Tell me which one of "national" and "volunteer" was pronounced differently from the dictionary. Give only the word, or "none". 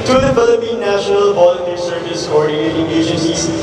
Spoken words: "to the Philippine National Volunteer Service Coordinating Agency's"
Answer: volunteer